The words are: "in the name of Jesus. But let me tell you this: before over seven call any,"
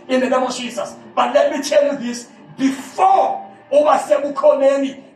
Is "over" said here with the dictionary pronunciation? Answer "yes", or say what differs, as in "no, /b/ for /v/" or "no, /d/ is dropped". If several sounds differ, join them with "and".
no, /b/ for /v/